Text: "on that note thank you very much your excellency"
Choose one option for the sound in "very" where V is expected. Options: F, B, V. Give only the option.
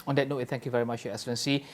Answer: V